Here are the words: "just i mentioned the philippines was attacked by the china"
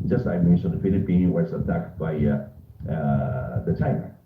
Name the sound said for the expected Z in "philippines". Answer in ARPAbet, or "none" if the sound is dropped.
none